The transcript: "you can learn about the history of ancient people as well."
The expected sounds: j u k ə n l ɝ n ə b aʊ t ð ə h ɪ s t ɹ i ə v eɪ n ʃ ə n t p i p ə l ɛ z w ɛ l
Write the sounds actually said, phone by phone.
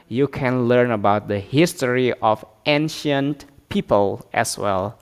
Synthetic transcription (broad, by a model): j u k ə n l ɝ n ə b aʊ t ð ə h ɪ s t ɹ i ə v eɪ n ʃ ə n t p i p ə l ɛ s w ɛ l